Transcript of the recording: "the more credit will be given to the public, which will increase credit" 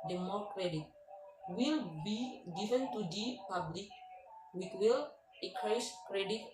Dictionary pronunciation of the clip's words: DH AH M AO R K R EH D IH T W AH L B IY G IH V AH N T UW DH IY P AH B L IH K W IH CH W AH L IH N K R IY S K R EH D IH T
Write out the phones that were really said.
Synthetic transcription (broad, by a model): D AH M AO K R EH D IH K W AH L B IY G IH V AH N T UW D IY P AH B L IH K W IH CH W AH L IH K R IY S K R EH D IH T